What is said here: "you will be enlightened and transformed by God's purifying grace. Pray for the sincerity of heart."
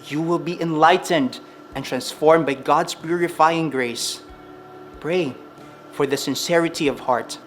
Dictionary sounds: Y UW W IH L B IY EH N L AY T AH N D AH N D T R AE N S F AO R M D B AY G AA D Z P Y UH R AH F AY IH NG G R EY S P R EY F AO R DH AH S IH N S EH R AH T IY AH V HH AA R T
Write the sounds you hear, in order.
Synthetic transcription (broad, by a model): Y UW W IH L B IY EH N L AY T AH N D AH N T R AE N S F AO R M B AY G AA D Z P Y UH R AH F AY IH NG G R EY S P R EY F AO R DH AH S IH N S EH R AH T IY AH V HH AA R T